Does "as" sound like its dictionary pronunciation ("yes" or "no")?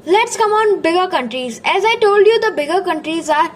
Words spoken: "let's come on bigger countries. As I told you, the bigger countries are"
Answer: yes